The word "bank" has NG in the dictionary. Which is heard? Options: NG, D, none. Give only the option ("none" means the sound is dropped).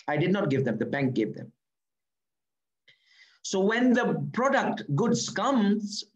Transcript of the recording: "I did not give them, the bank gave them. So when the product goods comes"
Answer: NG